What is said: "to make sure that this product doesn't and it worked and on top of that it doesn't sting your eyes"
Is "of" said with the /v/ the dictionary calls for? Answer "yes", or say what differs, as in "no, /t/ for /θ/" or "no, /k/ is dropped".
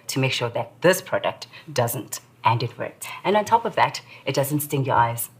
yes